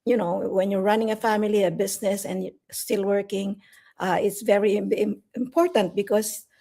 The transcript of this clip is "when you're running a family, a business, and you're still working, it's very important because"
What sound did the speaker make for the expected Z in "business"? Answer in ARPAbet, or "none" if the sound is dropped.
S